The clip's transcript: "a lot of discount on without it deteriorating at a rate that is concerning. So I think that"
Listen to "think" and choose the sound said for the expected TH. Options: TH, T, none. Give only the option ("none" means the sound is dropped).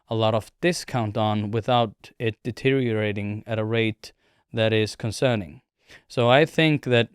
TH